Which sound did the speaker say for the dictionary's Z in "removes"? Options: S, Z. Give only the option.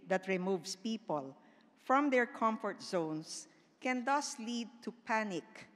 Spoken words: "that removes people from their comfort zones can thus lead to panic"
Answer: S